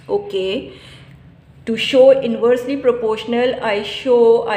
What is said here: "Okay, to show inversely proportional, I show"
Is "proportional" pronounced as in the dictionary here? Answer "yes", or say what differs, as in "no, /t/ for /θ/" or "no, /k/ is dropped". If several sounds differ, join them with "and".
yes